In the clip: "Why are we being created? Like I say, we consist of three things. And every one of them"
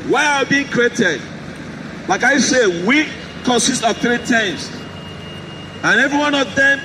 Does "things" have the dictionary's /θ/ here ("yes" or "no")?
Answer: no